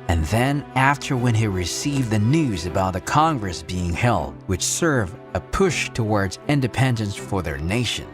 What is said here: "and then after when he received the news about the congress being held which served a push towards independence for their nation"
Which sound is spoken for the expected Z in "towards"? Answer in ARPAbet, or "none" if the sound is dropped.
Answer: Z